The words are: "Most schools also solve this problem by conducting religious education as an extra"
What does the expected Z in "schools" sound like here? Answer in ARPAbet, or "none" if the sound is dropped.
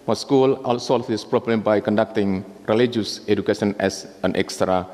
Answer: none